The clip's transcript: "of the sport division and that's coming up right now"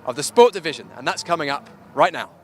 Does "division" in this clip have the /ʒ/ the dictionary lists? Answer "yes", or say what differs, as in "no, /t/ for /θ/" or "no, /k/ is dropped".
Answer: yes